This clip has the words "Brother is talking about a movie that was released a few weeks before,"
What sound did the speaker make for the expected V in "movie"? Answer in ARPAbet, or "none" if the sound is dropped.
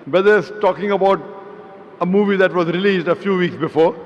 V